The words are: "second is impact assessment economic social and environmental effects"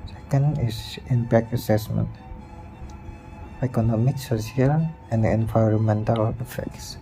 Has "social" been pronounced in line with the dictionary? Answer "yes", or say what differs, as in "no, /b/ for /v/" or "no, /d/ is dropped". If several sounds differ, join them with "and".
no, /s/ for /ʃ/